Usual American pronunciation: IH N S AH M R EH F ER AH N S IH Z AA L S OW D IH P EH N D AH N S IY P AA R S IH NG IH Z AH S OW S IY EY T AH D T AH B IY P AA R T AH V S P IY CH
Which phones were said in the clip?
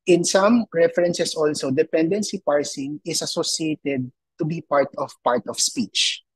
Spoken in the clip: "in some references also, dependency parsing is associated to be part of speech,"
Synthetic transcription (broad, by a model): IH N S AH M R EH F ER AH N S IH S AA L S OW D IH P EH N D AH N S IY P AA R S IH NG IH S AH S OW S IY EY T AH D T AH B IY P AA R T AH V S P IY CH